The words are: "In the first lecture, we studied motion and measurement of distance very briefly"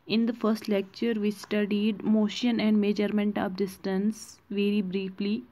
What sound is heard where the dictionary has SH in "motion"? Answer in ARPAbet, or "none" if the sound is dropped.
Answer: SH